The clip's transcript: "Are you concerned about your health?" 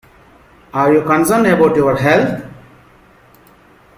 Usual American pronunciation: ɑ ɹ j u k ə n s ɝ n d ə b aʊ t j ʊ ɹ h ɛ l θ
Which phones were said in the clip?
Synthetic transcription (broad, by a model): ɑ ɹ j u k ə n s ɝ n ə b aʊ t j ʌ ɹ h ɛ l t